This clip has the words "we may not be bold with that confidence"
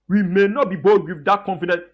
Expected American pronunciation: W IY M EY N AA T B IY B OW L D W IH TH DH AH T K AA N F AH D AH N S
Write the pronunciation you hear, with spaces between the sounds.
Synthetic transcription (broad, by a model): W IY M EY N AA T B IY B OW D W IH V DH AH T K AA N F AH D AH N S